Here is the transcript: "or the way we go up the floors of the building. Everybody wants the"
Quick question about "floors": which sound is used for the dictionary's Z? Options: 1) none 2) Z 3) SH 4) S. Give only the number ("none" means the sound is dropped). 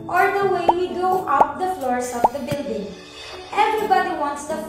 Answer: 4